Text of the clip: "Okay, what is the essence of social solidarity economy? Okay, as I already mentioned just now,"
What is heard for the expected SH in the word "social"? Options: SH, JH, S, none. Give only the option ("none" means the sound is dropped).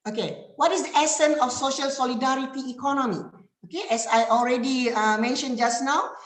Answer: SH